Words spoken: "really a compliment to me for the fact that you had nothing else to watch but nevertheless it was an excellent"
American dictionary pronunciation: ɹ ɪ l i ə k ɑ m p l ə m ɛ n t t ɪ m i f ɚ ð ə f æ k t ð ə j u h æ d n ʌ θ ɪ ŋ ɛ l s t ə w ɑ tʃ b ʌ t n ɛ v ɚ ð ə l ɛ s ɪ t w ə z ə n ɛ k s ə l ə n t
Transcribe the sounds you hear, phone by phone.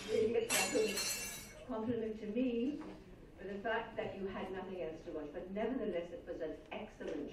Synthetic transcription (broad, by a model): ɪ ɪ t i ə k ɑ m p l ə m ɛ n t t ɪ m i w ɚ ð ə f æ k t ð ə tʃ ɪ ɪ d n ʌ θ ɪ ŋ ɛ l s t ə w ɑ tʃ b ʌ t n ɛ v ɚ ð ə l ɛ s ɪ t w ə z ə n ɛ k s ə l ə n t